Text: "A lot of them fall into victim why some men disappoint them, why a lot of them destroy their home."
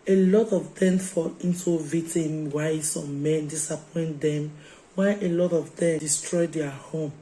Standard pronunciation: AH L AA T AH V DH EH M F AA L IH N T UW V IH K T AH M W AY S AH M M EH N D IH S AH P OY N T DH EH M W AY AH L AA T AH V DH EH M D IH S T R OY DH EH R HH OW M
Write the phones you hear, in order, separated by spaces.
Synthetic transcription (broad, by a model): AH L AA T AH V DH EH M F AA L IH N T UW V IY T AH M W AY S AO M M EH N D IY S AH P OY N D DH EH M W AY AH L AA T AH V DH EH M D IH S T R OY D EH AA HH OW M